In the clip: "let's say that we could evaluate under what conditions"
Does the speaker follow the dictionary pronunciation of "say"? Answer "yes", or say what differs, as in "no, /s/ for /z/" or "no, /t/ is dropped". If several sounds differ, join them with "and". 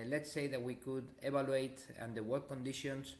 yes